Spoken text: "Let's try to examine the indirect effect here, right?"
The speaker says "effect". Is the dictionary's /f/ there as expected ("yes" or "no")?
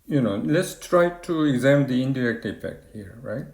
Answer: no